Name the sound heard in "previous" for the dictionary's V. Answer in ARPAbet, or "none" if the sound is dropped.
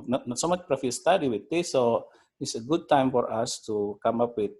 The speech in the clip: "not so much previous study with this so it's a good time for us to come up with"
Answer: F